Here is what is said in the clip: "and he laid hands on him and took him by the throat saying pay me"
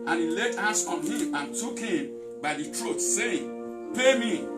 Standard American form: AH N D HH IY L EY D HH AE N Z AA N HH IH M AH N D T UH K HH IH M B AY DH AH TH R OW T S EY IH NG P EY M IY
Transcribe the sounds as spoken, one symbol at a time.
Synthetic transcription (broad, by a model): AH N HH IY L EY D HH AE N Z AA N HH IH M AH N T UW K HH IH M B AY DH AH T R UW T S EY IH NG P EY M IY